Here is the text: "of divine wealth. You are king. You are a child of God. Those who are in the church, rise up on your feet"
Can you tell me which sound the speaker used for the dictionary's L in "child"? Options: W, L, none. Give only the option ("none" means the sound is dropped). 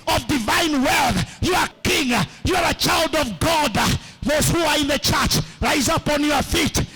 L